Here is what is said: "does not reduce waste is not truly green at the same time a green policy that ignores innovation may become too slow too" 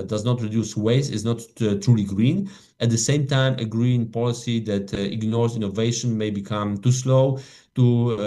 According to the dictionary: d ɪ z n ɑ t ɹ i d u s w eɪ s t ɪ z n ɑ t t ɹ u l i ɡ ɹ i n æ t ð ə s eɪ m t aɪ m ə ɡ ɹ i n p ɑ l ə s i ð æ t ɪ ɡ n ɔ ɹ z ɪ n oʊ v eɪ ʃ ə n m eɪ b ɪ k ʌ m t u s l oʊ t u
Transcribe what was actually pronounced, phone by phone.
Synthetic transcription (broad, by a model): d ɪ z n ɑ t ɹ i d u s w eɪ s ɪ z n ɑ t t ɹ u l i ɡ ɹ i n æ t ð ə s eɪ m t aɪ m ə ɡ ɹ i n p ɑ l ə s i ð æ t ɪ ɡ n ɔ ɹ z ɪ n oʊ v eɪ ʃ ə n m eɪ b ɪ k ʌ m t u s l oʊ t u